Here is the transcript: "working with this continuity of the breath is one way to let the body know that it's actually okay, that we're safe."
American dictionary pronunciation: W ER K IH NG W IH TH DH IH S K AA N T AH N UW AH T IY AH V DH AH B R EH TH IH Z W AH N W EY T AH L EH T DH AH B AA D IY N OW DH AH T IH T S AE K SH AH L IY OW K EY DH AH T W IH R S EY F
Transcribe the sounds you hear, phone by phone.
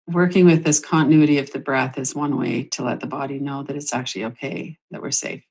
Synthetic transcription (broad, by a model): W ER K IH NG W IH DH IH S K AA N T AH N UW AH T IY AH V DH AH B R EH TH IH Z W AH N W EY T AH L EH T DH AH B AA D IY N OW DH AH T IH T S AE K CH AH L IY OW K EY DH AH T W IH R S EY F